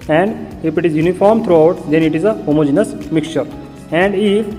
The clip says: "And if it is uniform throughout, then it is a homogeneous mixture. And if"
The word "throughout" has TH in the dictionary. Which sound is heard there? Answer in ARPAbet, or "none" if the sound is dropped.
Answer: T